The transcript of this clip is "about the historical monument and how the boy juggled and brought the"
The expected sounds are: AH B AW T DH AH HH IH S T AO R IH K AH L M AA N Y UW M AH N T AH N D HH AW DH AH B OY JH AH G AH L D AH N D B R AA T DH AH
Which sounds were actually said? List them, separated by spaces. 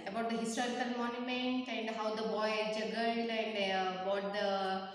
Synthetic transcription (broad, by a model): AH B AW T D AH HH IH S T AO R IH K AH L M AA N Y UW M AH N T AH N D HH AW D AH B OY JH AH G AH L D AH N D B AA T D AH